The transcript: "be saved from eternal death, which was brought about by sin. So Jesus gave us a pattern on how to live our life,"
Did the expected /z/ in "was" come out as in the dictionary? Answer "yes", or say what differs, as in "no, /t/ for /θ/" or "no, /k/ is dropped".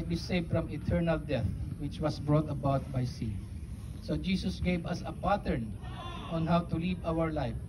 no, /s/ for /z/